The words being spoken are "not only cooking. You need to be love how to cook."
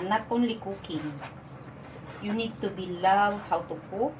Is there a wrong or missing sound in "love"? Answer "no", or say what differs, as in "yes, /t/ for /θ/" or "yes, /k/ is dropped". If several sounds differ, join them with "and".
yes, /w/ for /v/